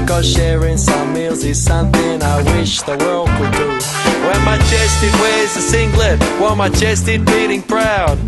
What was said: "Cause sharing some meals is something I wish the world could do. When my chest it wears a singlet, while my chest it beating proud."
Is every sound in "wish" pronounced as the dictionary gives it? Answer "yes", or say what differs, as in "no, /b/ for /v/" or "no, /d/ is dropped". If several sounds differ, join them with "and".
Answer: yes